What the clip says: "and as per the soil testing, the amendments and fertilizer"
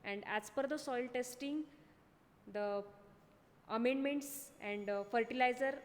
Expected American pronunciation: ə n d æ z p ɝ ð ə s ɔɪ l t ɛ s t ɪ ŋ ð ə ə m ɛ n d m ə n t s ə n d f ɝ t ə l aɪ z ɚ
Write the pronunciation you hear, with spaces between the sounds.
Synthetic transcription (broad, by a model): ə n d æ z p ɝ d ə s ɔɪ l t ɛ s t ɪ ŋ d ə ə m ɛ n d m ə n t s ə n d f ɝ t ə l aɪ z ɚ